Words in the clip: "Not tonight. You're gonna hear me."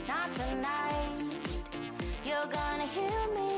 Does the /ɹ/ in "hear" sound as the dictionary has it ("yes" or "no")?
no